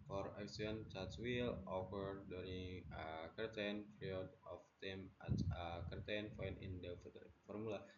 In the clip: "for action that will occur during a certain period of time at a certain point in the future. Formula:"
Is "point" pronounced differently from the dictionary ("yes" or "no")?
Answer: yes